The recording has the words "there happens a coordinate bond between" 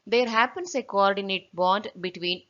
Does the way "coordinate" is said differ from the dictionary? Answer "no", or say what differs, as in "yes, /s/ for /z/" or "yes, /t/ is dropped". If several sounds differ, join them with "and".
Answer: no